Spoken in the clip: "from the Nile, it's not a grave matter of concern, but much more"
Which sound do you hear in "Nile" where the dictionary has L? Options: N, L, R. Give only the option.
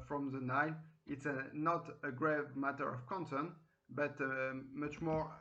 N